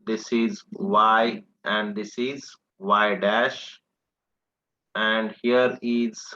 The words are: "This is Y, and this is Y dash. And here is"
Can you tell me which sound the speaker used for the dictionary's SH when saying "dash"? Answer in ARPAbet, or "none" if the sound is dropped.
SH